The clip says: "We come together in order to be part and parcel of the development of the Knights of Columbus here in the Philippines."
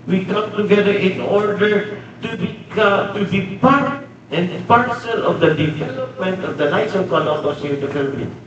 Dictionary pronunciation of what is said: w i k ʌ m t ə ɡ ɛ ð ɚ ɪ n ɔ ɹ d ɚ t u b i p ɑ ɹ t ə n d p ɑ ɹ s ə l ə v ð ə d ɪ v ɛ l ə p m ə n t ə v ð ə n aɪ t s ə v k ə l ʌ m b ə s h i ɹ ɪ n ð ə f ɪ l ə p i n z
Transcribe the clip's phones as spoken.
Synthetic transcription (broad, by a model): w i k ʌ m t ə ɡ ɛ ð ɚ ɪ n ɔ ɹ d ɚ t u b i p ɑ ɹ t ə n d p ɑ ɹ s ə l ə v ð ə d ɪ v ɛ l ə p m ə n t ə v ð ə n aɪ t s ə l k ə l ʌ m ə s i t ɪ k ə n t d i